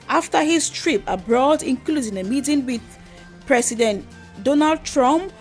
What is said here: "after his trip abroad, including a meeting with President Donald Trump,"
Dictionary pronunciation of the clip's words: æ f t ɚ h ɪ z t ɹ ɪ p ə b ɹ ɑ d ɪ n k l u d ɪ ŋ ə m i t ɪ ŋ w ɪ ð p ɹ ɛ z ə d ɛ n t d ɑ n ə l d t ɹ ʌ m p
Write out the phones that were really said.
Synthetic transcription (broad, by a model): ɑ f t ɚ h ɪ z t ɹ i p ə b ɹ ɑ d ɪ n k l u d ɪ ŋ ə m i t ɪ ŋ w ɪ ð p ɹ ɛ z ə d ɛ n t d ɑ n ə l d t ɹ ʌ m p